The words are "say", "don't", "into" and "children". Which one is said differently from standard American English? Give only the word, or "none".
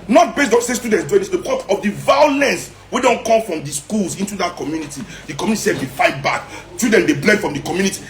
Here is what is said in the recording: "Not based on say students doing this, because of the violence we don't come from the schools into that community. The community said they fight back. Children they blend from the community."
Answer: children